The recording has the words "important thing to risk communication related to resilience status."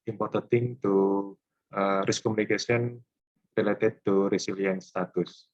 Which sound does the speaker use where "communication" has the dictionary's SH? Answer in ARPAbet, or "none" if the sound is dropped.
S